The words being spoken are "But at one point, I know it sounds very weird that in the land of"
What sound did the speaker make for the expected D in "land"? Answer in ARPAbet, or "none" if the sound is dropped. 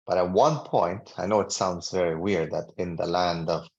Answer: D